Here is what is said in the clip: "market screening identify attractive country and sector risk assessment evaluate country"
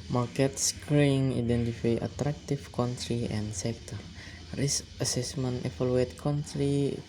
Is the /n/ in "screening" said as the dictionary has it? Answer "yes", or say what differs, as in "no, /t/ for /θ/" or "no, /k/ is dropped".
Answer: no, /n/ is dropped